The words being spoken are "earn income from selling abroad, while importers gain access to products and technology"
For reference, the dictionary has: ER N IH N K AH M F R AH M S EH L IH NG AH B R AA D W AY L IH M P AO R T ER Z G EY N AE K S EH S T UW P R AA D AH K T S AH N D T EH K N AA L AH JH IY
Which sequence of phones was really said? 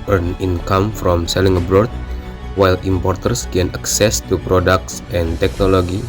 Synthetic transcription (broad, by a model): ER N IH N K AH M F R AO M S EH L IH NG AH B R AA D W AY L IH M P AO R T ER S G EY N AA K S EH S T UW P R AA D AH K T S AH N T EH K N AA L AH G IY